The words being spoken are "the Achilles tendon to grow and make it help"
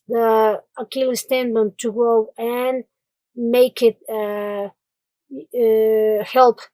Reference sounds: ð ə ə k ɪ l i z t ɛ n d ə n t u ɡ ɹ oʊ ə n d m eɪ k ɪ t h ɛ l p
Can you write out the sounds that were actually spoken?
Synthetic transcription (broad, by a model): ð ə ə k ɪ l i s t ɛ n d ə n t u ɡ oʊ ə n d m eɪ k ɪ t h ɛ l p